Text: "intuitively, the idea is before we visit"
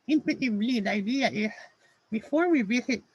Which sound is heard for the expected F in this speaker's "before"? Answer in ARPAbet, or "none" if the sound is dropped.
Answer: F